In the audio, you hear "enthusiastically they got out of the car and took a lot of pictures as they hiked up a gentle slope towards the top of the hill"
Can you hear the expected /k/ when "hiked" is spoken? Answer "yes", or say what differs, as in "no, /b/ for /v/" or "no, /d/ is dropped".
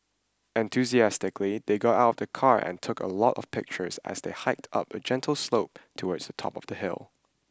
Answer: yes